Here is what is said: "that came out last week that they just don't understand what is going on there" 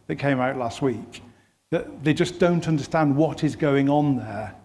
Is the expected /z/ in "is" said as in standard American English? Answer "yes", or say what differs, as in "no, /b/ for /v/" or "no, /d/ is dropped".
yes